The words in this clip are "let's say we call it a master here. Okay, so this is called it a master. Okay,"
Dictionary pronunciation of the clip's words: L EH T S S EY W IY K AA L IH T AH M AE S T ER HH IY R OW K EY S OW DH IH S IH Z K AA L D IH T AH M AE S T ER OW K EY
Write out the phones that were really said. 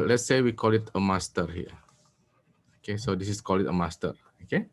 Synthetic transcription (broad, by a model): L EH T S S EY W IY K AA L IH T AH M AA S T ER HH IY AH OW K EY S OW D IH S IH S K AA L IH T AH M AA S T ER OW K EY